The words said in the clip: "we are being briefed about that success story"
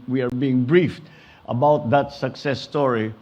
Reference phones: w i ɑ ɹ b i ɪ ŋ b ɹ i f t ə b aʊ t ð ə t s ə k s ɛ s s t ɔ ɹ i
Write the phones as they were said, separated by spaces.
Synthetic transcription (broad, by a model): w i ɑ ɹ b i ɪ ŋ b ɹ i f t ə b aʊ t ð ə t s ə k s ɛ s s t ɔ ɹ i